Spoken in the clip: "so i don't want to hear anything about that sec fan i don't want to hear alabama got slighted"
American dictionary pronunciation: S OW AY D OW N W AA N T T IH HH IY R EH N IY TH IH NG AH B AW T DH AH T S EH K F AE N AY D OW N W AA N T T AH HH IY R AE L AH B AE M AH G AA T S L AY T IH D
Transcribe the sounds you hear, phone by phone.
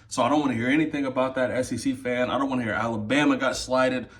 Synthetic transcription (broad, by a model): S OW AY D OW N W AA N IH HH IY R EH N IY TH IH NG AH B AW T DH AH T S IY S F AE N AY D OW N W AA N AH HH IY R AE L AH B AE M AH G AA T S L AY T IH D